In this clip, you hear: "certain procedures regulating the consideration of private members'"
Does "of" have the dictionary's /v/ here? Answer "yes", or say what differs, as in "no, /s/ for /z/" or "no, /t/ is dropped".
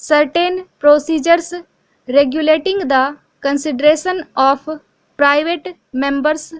no, /p/ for /v/